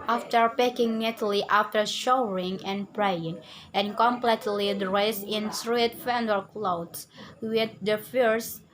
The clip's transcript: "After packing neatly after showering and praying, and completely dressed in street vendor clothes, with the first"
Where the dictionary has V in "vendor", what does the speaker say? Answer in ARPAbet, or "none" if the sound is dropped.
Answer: F